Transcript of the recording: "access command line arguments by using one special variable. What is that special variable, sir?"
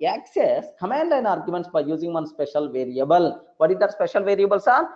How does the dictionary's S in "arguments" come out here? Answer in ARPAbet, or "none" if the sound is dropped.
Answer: S